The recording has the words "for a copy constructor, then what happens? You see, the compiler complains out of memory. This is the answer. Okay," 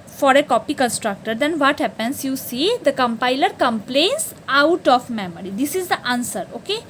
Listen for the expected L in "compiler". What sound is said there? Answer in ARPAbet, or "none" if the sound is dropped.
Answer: L